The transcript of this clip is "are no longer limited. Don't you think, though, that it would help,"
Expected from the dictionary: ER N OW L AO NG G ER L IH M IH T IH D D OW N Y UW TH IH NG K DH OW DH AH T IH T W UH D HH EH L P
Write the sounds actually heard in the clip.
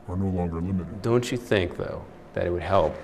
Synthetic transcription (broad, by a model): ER N OW L AO NG G ER L IH M IH T IH D D OW N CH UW TH IH NG K DH OW DH AH T IH T W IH D HH EH L P